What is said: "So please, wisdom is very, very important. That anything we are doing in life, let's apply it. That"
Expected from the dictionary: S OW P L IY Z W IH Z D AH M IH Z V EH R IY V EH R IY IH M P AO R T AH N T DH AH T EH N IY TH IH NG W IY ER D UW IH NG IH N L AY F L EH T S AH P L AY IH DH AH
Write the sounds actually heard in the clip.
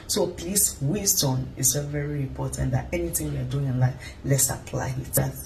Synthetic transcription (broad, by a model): S OW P L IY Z W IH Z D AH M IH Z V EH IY V EH R IY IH M P AO T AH N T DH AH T EH N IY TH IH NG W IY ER D UW IH NG IH N L AY F L EH T S AH P L AY IH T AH